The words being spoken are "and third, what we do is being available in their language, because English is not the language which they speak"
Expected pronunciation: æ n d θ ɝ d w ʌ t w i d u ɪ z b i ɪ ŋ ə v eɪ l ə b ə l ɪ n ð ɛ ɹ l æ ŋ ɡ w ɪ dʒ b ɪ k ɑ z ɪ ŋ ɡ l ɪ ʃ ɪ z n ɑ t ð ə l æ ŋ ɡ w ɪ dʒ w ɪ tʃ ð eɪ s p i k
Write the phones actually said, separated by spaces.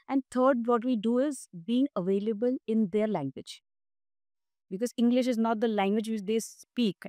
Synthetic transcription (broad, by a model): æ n d t ɝ d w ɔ t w i d u ɪ z b i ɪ ŋ ə v eɪ l ə b ə l ɪ n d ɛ ɹ l æ ŋ ɡ w ɪ dʒ b ɪ k ɑ z ɪ ŋ ɡ l ɪ ʃ ɪ z n ɑ t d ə l æ ŋ ɡ w ɪ dʒ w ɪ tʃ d eɪ s p i k